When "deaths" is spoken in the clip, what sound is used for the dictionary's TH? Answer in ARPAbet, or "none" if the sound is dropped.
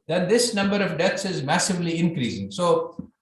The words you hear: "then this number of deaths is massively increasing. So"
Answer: T